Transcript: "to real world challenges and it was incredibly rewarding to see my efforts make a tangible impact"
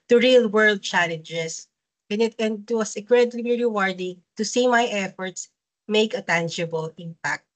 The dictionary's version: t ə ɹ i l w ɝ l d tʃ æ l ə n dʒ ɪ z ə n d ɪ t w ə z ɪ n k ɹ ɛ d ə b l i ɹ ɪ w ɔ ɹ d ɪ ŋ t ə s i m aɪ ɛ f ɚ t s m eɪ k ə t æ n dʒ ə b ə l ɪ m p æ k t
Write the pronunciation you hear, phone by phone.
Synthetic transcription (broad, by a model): t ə ɹ i l w ɝ l d tʃ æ l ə n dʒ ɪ s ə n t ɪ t w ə s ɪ k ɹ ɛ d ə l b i ɹ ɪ w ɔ ɹ d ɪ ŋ t ə s i m aɪ ɛ f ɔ t s m eɪ k ə t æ n dʒ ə b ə l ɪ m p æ k t